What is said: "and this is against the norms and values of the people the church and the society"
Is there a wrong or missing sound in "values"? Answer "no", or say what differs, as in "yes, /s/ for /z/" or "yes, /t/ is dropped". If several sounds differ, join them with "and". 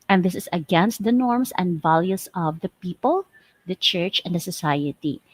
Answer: yes, /s/ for /z/